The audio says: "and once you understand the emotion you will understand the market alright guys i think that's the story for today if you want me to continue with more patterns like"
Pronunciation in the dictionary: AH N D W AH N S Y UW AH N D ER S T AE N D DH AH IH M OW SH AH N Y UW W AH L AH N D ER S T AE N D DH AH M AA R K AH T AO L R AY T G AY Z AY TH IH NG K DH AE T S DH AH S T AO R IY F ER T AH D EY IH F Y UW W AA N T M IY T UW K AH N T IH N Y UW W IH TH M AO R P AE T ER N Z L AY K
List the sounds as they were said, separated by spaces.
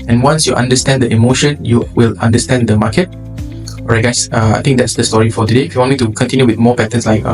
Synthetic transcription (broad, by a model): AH N W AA N S Y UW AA N D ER S T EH N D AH IH M OW SH AH N Y UW W AH L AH N D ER S T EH N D AH M AA K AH T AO R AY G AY S AY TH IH NG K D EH T S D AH S T AO R IY F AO T AH D EY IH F Y UW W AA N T M IY T UW K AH N T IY N Y UW W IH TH M AO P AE T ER N S L AY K